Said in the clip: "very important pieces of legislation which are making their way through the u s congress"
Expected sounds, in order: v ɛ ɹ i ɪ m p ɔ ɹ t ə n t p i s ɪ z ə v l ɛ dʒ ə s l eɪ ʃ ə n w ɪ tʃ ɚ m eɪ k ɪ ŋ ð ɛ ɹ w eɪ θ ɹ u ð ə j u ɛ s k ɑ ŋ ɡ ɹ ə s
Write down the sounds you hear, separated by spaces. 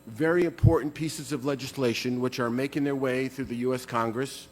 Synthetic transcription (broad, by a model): v ɛ ɹ i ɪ m p ɔ ɹ t n p i s ɪ z ə v l ɛ dʒ ə s l eɪ ʃ ə n w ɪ tʃ ɚ m eɪ k ɪ ŋ ð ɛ ɹ w eɪ θ ɹ u ð ə j u ɛ s k ɑ ŋ ɡ ɹ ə s